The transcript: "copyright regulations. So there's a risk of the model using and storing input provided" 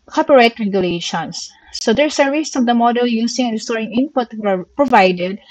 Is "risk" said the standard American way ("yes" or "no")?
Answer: no